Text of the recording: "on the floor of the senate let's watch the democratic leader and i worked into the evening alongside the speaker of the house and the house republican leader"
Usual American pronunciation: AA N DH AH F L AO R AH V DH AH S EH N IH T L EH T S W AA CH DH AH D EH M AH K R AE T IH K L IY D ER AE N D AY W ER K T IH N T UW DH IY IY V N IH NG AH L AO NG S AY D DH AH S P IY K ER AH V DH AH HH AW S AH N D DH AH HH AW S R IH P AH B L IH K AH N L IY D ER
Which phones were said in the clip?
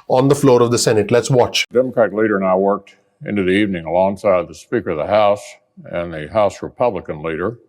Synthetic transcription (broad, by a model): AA N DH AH F L AO R AH V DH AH S EH N IH T L EH T S W AA CH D EH M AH K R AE T L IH D ER N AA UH W ER K T IH N T UW DH IY IY V N IH NG AH L AO NG S AY D DH AH S P IY K ER AH V DH AH HH AW S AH N DH AH HH AW S R IH P AH B L IH K AH N L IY D ER